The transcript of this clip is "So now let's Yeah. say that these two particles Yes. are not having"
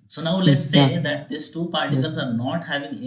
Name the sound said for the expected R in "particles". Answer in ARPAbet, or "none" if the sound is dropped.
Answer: R